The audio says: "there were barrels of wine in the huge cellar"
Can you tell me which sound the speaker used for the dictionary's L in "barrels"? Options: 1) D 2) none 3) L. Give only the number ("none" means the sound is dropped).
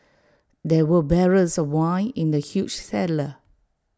2